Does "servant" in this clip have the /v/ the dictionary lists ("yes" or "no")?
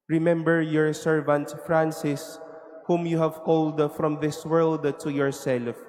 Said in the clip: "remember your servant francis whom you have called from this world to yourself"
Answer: yes